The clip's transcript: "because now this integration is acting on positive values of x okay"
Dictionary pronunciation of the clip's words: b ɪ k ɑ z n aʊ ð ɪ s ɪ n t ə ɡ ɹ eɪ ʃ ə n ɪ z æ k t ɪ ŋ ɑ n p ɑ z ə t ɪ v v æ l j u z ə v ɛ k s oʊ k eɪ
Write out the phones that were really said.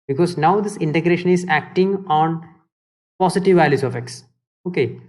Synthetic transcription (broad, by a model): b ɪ k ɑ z n aʊ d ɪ s ɪ n t ə ɡ ɹ eɪ ʃ ə n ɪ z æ k t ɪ ŋ ɑ n p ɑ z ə t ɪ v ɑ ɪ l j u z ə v ɛ k s oʊ k eɪ